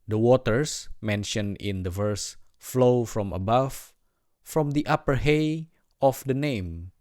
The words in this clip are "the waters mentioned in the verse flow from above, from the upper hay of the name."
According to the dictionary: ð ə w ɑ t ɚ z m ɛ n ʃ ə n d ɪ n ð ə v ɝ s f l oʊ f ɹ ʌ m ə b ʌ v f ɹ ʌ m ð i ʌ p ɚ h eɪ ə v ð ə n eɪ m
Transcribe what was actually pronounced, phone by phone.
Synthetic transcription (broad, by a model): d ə w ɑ t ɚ s m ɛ n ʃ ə n ɪ n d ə v ɝ s f l oʊ f ɹ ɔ m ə b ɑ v f ɹ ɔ m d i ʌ p ɚ h eɪ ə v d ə n eɪ m